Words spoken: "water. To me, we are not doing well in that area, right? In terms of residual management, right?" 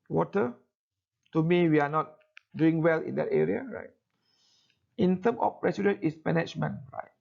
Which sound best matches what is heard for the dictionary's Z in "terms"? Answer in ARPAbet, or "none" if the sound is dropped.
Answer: none